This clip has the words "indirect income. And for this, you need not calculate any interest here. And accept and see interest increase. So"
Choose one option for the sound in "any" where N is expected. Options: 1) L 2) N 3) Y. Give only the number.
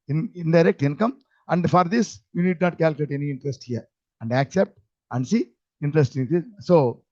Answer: 2